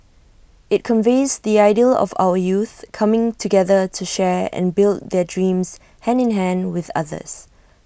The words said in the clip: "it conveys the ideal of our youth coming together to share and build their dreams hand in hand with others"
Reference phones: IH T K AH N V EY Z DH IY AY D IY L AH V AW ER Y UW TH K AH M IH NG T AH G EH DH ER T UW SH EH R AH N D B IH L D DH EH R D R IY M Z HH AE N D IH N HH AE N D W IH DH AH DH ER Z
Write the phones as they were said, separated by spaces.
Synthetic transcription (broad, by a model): IH T K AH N V EY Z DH IY AY D IY L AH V AW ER Y UW TH K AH M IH NG T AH G EH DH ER T UW SH EH R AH N B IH L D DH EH D R IY M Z HH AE N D IH N HH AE N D W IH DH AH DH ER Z